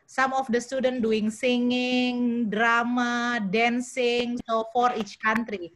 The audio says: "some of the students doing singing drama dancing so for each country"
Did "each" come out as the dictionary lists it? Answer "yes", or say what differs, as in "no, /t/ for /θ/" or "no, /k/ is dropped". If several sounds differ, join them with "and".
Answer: yes